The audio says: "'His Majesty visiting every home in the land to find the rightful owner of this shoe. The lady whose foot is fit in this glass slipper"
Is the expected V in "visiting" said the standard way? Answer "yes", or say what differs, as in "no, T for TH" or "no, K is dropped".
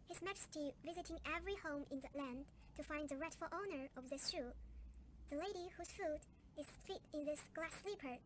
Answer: yes